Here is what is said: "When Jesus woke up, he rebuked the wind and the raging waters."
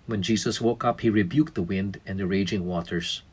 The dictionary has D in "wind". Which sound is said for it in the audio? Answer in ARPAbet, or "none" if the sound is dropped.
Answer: D